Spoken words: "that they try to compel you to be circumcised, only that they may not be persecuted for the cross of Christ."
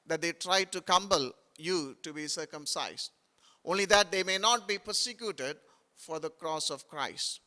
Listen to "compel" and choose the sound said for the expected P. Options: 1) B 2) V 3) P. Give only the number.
1